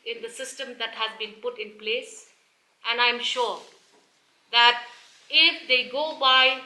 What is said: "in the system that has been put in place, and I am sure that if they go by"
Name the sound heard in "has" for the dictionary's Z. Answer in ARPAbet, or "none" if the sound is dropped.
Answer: Z